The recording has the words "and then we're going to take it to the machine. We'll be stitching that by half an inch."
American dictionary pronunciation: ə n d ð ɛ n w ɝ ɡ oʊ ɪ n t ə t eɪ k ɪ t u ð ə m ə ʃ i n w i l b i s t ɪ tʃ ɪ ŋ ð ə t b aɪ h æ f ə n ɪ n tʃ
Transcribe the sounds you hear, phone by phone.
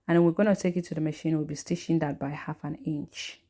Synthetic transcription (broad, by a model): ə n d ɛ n w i ɡ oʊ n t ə t eɪ k ɪ t u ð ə m ə ʃ i n w i l b i s t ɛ ʃ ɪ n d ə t b aɪ h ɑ f ə n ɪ n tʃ